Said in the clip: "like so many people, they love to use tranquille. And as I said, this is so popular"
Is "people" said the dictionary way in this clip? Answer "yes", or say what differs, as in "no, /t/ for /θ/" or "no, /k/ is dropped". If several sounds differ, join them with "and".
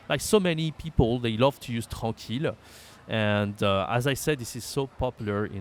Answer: yes